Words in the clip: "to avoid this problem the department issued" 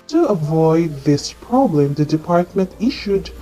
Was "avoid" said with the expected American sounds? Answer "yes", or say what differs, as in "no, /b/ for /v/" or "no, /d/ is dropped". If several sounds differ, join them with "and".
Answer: yes